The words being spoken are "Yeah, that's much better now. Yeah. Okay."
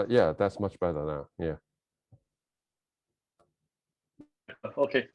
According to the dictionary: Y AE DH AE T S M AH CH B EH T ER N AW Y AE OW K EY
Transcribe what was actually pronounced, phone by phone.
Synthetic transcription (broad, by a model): Y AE DH AE T S M AH CH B EH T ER N AW Y AE OW K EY